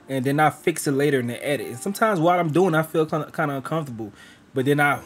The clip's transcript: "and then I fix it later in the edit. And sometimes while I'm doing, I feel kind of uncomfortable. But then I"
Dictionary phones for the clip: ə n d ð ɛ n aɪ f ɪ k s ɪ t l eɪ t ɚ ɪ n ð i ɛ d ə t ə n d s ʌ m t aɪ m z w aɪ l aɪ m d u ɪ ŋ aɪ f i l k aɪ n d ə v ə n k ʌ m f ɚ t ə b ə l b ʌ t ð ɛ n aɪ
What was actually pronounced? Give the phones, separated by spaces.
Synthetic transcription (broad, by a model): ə n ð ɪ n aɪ f ɪ k s ɪ t l eɪ t ɚ ɪ n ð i ɛ d ə t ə n s ʌ m t aɪ m z w aɪ l aɪ m d u ɪ ŋ aɪ f i l k aɪ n d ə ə n k ʌ m f t ə b l b ʌ t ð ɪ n aɪ